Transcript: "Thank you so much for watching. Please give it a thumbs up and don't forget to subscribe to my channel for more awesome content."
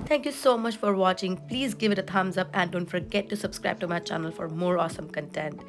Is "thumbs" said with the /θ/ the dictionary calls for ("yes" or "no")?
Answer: no